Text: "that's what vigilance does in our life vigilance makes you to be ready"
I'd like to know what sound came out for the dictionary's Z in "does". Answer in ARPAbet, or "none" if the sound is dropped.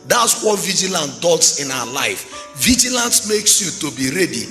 S